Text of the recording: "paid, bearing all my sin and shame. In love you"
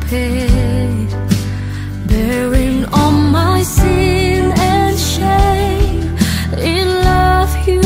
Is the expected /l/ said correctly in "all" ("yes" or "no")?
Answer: no